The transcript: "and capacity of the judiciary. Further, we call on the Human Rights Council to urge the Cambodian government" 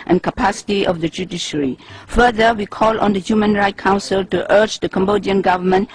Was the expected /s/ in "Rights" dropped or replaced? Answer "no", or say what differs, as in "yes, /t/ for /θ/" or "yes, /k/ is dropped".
yes, /s/ is dropped